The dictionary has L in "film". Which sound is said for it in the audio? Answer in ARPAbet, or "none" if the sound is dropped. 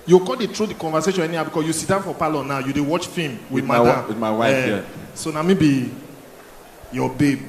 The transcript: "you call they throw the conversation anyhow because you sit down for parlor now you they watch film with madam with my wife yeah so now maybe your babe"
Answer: none